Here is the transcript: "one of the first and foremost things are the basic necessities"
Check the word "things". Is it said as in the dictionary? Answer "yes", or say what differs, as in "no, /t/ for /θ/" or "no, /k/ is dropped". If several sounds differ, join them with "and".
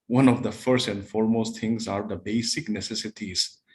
no, /t/ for /θ/